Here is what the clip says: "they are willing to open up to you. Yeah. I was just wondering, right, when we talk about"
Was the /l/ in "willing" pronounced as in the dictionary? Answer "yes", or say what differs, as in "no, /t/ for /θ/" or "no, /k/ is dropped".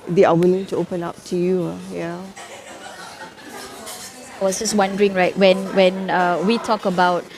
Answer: yes